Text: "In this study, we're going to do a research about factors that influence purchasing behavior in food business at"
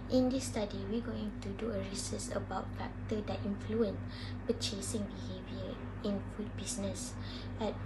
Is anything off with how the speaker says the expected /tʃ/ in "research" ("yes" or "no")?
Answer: yes